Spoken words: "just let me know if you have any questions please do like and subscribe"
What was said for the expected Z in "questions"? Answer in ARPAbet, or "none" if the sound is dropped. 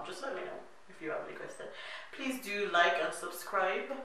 none